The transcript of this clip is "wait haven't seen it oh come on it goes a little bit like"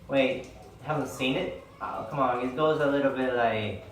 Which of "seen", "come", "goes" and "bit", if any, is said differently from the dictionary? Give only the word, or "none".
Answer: none